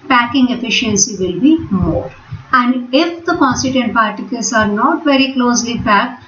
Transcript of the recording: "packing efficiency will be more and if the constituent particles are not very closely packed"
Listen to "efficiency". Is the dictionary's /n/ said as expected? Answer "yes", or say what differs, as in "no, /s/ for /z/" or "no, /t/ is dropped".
yes